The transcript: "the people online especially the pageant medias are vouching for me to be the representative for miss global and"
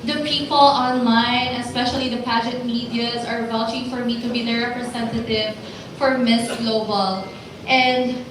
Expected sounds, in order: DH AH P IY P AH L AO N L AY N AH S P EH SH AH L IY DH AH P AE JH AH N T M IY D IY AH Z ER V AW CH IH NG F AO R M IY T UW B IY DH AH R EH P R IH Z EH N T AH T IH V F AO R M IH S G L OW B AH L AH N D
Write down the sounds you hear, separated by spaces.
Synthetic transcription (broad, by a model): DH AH P IY P AH L AO N L AY N AH S P EH SH AH L IY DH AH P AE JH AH T M IY D IY AH Z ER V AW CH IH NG F AO R M IY T UW B IY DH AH R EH P R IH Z EH N T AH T IH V F AO R M IH S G L OW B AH L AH N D